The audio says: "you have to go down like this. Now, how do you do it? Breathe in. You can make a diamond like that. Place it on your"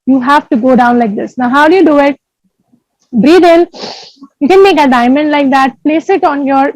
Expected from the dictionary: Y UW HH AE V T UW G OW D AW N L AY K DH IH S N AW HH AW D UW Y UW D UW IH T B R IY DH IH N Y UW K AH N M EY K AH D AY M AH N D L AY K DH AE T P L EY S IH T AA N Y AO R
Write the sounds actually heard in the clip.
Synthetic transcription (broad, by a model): Y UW HH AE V T UW G OW D AW N L AY K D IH S N AW HH AW D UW Y UW D UW IH T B R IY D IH L Y UW K AH N M EY K AH D AY M AH N D L AY K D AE T P L EY S IH T AA N Y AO R